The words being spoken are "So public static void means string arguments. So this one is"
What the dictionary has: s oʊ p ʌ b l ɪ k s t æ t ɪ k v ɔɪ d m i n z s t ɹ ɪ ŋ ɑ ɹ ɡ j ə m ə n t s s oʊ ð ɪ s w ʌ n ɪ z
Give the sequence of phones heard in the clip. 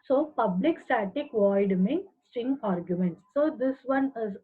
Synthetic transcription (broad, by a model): s oʊ p ʌ b l ɪ k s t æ t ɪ k v ɔɪ d m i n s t ɪ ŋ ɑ ɹ ɡ j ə m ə n t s s oʊ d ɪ s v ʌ n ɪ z